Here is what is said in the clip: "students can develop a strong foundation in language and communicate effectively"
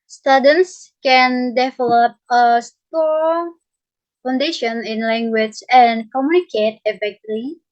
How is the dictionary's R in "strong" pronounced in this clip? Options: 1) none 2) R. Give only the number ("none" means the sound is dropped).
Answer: 1